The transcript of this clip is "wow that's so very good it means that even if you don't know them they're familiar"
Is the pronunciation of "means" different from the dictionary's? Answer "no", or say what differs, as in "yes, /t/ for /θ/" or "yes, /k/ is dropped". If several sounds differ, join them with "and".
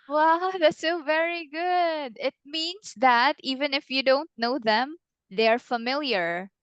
yes, /s/ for /z/